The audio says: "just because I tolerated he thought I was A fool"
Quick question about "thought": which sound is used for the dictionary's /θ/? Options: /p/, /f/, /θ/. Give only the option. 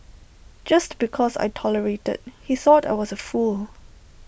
/θ/